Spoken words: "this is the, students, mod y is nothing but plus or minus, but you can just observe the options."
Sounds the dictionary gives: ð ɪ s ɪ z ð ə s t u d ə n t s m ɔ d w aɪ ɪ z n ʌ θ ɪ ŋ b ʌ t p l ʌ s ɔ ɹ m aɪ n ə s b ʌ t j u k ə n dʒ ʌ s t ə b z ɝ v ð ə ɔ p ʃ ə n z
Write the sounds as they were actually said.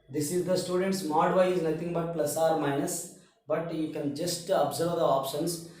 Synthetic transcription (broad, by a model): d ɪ s ɪ z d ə s t u d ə n t s m ɔ d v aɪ ɪ z n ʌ t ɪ ŋ b ʌ t p l ʌ s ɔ ɹ m aɪ n ə s b ʌ t j u k ə n dʒ ʌ s t ə b z ɝ v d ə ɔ p ʃ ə n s